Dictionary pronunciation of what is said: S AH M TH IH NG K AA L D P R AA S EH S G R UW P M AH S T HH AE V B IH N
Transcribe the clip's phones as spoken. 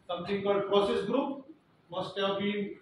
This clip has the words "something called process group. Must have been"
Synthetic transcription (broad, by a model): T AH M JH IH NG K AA D P R AA S EH S G R UW P M AH S T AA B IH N